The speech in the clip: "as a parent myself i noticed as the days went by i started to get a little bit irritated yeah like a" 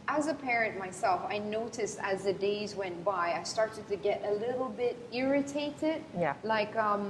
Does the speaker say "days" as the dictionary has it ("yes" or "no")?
yes